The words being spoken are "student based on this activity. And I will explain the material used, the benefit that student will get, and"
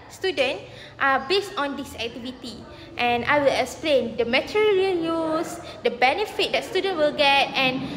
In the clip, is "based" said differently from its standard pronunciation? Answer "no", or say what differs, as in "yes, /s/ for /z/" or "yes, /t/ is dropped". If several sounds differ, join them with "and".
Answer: no